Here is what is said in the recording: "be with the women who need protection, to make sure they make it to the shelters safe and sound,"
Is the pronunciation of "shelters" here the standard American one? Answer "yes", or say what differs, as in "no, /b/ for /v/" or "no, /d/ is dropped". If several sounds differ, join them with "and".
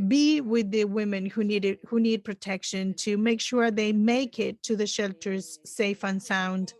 yes